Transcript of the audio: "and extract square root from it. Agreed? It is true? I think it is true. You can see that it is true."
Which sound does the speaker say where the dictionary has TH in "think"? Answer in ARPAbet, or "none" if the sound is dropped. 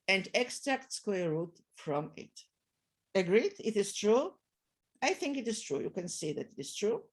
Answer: TH